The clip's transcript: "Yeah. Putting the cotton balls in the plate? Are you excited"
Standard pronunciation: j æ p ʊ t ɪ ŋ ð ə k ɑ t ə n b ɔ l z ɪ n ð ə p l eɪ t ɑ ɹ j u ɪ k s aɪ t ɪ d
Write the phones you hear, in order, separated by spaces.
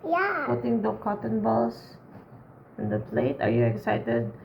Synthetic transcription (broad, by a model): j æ p ʊ t ɪ ŋ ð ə k ɑ t ə n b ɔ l s ɪ n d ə p l eɪ t ɑ ɹ j u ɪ k s aɪ t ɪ d